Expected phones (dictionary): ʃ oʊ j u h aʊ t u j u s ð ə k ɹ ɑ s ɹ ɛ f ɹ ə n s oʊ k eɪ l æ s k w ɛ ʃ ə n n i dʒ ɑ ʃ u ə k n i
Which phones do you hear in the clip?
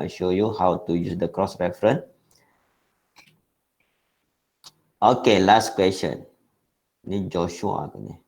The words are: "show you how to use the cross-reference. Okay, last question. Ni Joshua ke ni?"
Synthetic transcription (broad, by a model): ʃ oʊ j u h aʊ t u j u s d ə k ɹ ɑ s ɹ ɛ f ɹ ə n oʊ k eɪ l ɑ s k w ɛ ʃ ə n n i dʒ ɑ ʃ u ə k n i